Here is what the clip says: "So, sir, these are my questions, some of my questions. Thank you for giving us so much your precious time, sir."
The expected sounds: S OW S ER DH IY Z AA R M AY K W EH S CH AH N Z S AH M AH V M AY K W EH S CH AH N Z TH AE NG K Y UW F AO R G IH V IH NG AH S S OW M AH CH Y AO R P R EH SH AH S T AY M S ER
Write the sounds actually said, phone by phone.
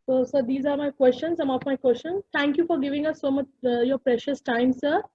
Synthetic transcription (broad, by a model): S OW S ER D IY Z AA R M AY K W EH S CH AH N S AH M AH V M AY K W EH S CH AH N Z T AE NG K Y UW F AO R G IH V IH NG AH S S OW M AH CH Y AO R P R EH SH AH S T AY M S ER